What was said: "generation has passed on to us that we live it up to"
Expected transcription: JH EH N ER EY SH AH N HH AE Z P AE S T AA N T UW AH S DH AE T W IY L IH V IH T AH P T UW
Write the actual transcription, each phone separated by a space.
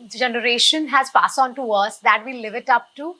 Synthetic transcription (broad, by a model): JH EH N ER EY SH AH N HH AE Z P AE S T AA N T UW AH S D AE T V IY L IH V IH T AH P T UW